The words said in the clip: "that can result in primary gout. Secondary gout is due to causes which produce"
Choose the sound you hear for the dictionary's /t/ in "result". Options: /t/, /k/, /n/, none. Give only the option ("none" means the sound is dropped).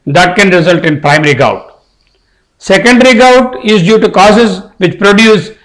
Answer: /t/